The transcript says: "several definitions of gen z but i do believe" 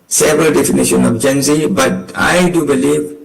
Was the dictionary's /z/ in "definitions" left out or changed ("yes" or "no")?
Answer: yes